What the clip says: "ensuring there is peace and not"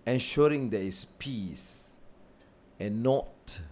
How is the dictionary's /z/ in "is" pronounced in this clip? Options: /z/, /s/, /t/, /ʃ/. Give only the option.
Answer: /s/